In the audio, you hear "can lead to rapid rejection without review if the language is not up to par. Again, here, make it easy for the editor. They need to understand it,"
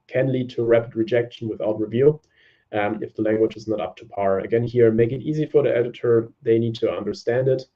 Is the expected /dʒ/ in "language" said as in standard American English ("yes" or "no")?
yes